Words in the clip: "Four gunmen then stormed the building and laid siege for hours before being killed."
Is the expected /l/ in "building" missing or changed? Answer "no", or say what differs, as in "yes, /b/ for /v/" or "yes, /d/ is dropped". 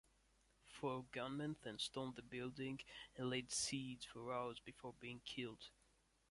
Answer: no